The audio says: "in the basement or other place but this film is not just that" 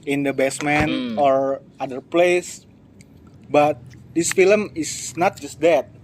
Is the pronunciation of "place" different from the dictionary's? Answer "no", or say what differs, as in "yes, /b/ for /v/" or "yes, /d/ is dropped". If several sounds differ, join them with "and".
no